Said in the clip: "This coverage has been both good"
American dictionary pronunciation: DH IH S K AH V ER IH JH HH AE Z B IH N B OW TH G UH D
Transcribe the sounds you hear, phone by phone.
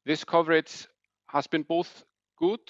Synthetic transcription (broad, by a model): DH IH S K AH V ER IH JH HH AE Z B IH N B OW TH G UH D